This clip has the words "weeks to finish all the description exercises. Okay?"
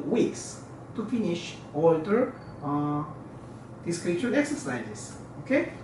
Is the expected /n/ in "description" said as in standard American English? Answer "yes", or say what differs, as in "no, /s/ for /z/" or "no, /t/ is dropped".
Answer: no, /n/ is dropped